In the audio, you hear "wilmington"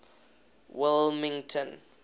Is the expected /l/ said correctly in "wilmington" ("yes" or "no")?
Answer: yes